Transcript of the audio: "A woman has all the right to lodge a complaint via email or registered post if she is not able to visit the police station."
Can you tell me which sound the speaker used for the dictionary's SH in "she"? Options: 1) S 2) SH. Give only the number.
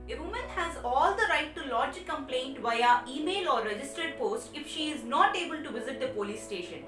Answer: 2